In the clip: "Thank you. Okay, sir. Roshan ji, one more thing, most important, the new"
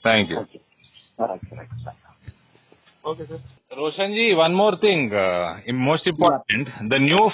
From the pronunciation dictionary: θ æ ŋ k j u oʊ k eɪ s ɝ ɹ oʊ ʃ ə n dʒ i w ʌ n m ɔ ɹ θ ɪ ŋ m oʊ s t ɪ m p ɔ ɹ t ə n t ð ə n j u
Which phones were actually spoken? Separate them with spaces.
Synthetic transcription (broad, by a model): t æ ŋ k j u oʊ k eɪ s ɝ ɹ oʊ ʃ ə n dʒ i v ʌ n m ɔ ɹ t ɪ ŋ m oʊ s t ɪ m p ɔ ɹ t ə n t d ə n j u